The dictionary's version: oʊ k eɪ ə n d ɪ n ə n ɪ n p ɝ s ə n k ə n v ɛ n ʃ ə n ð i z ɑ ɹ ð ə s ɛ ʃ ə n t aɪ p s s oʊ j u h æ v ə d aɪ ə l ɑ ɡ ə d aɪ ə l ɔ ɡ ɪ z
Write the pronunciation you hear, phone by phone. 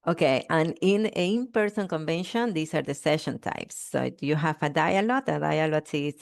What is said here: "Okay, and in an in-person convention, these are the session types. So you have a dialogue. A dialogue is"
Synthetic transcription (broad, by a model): oʊ k eɪ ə n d ɪ n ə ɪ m p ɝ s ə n k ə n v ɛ n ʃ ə n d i s ɑ ɹ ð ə s ɛ ʃ ə n t aɪ p s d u j u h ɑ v ə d aɪ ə l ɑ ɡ ə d aɪ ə l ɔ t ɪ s